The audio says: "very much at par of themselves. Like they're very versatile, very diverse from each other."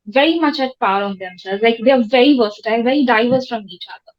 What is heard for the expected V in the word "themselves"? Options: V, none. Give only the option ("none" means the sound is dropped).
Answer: none